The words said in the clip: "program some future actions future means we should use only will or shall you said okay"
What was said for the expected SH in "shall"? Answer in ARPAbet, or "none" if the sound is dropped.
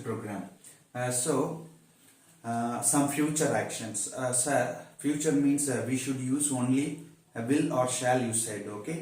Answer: SH